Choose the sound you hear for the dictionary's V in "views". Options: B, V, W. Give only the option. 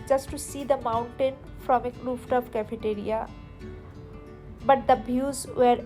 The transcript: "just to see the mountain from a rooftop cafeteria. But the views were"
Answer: B